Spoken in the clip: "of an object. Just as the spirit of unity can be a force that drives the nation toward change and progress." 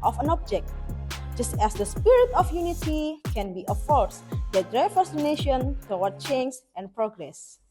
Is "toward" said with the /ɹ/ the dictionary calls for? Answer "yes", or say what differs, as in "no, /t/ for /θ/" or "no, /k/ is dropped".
no, /w/ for /ɹ/